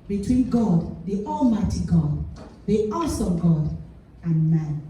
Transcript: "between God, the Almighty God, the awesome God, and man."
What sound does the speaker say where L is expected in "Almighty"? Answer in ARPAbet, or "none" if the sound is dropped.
L